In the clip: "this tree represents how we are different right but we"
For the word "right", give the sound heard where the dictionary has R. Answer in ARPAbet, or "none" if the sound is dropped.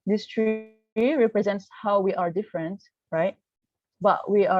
R